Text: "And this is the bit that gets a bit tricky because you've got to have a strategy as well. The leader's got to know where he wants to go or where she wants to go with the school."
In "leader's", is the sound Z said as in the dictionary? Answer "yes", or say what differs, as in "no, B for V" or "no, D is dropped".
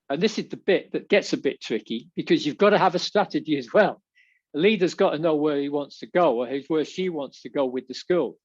yes